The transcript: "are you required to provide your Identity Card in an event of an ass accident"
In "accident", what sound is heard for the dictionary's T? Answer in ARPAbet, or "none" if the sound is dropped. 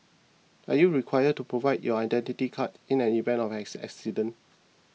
none